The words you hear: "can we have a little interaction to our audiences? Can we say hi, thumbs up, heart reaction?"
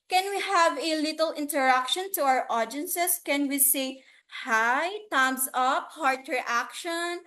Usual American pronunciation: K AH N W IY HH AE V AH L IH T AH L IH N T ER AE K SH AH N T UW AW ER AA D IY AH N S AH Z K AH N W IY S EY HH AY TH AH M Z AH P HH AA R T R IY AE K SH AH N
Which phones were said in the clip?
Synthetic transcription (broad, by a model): K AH N W IY HH AE V AH L IH T AH L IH N T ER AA K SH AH N T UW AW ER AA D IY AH N S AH S K AH N W IY S EY HH AY T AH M S AH P HH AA R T R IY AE K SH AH N